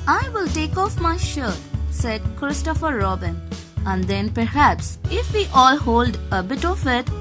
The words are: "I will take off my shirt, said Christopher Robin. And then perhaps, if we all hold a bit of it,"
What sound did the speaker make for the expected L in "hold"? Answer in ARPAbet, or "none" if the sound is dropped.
L